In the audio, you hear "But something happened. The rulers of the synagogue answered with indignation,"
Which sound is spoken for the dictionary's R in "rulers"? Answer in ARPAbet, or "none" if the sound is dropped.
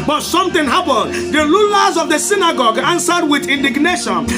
L